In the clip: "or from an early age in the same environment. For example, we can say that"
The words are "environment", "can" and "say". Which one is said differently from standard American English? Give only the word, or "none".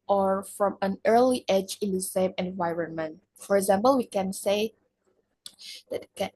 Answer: none